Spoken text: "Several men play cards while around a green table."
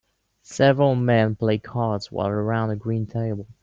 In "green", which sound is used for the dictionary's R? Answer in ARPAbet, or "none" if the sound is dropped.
R